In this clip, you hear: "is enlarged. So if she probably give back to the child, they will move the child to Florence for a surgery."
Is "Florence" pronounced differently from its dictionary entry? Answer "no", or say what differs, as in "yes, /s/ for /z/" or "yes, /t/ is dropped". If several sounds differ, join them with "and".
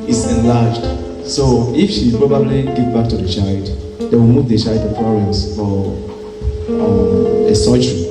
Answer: yes, /l/ is dropped